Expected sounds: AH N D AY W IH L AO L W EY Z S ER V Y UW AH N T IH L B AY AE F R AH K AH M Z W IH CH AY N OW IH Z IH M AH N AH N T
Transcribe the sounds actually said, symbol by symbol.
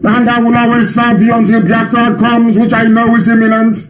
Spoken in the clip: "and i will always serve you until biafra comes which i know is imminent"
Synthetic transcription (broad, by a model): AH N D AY W IH L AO L W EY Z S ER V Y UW AH N T IH L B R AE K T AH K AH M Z W IH CH AY N OW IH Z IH M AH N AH N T